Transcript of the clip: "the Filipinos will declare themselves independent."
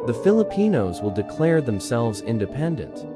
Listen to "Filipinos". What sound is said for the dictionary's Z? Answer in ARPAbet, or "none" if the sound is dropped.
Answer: Z